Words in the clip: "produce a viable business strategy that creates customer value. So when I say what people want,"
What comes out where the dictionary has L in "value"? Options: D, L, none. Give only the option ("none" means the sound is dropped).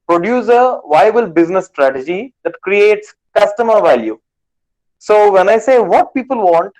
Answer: L